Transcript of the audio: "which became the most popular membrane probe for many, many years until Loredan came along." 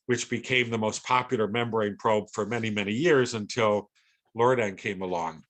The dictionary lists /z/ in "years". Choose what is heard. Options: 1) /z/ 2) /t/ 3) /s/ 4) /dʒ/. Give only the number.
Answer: 1